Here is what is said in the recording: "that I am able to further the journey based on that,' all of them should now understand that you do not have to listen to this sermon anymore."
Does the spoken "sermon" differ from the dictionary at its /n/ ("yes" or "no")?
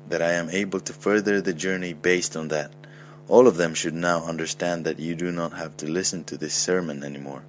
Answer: no